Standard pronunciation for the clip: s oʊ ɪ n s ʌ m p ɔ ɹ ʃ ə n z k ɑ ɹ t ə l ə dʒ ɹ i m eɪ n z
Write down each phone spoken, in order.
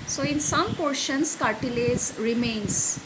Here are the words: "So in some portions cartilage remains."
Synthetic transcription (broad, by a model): s oʊ ɪ n s ʌ m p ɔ ɹ ʃ ə n s k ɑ ɹ t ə l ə z ɹ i m eɪ n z